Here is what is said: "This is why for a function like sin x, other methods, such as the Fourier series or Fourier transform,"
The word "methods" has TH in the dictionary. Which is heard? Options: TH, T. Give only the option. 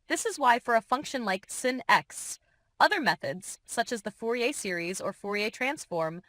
TH